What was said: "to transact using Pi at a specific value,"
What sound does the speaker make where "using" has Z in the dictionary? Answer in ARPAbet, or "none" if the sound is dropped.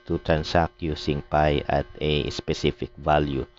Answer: S